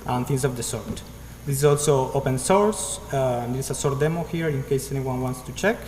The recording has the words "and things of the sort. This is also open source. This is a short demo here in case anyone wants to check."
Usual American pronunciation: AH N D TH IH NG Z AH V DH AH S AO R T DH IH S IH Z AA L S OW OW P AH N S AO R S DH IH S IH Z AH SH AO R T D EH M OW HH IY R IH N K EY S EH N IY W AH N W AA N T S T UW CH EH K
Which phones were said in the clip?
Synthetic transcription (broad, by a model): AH N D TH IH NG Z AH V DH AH S AO R T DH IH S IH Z AA L S OW OW P AH N S AO R S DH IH IH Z AH S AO R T D EH M OW HH IY R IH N K EY S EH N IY W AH N W AA N T S T UW CH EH K